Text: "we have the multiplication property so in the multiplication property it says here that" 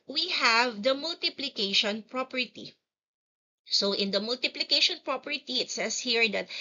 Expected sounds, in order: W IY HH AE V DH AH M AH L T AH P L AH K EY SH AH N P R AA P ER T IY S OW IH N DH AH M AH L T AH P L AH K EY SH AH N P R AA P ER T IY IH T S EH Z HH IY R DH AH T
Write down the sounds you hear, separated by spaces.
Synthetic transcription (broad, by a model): W IY HH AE V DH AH M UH L T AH P L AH K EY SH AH N P R AA P ER T IY S OW IH N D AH M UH L T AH P L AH K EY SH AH N P R AA P ER T IY IH T S EH S HH IY R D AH T